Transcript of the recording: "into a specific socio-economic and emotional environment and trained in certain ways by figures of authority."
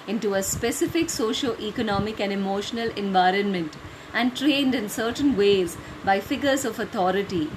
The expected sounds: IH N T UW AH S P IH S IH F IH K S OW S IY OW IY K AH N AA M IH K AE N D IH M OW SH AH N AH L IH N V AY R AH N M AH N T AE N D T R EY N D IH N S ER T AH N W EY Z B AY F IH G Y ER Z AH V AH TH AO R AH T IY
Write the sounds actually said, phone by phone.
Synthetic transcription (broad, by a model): IH N T UW AH S P IH S IH F IH K S OW SH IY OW IY K AH N AA M IH K AE N D IH M OW SH AH N AH L IH N V AY R AH N M AH N T AE N D T R EY N D IH N S ER T AH N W EY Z B AY F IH G ER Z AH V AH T AO R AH T IY